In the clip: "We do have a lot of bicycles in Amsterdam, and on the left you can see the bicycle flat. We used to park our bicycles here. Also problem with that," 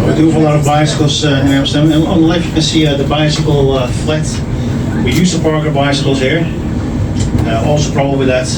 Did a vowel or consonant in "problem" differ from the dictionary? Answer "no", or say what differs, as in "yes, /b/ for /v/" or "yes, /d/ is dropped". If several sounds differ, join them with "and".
yes, /l/ is dropped